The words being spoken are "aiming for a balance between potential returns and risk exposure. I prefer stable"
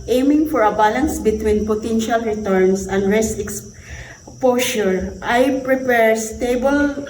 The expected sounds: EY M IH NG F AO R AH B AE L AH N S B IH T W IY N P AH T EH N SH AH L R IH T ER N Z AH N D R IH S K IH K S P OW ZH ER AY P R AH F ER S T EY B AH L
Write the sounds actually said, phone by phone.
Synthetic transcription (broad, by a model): EY M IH NG F AO R AH B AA L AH N S B IH T W IY N P AH T EH N SH AH L R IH T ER N S AH N D R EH S IH K S P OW SH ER AY P R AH P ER S T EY B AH L